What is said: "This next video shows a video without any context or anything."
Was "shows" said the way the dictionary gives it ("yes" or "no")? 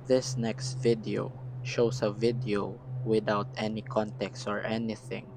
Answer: no